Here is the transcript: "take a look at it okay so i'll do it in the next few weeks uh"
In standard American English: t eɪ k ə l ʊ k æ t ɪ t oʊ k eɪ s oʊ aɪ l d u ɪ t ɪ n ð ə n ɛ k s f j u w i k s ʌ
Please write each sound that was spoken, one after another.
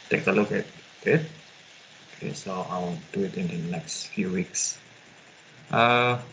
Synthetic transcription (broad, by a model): t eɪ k ə l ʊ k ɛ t ɪ t oʊ k eɪ s oʊ aɪ w d u ɪ t ɪ n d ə n ɛ k s f j u w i k s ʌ